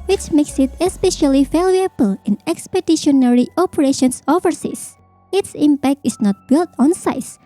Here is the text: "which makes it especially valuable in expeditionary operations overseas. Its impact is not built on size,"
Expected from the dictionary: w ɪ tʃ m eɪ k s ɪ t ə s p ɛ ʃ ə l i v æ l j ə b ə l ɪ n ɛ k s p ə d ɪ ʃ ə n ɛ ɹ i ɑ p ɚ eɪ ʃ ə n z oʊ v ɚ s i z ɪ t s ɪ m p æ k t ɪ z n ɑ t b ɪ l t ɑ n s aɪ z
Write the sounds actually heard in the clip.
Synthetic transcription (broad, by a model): w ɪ tʃ m eɪ k s ɪ t ə s p ɛ ʃ ə l i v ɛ l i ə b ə l ɪ n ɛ k s p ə d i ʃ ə n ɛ ɹ i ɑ p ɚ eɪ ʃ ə n s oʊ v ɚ s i s ɪ t s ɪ m p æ k t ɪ s n ɑ t b ɪ l t ɑ n s aɪ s